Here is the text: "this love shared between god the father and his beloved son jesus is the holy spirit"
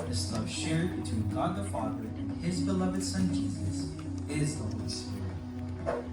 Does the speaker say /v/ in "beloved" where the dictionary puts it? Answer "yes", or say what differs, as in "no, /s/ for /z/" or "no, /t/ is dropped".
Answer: yes